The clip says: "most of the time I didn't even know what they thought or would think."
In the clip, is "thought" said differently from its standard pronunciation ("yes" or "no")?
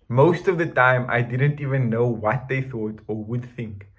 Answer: no